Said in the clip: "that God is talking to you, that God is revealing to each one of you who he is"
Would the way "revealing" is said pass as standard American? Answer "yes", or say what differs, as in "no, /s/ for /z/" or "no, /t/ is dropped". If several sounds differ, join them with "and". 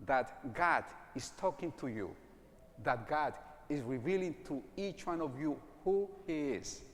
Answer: yes